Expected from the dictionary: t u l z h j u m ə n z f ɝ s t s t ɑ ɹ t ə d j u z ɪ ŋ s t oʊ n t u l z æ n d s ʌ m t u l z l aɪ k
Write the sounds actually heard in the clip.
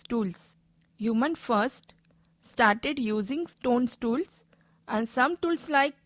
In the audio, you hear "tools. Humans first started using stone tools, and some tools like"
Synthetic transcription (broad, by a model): t u l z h j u m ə n f ɝ s t s t ɑ ɹ t ə d j u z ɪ ŋ s t oʊ n t u l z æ n d s ʌ m t u l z l aɪ k